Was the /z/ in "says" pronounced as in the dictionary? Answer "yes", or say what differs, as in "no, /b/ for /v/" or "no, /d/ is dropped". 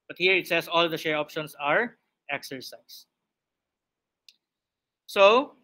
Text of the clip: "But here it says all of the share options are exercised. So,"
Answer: no, /s/ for /z/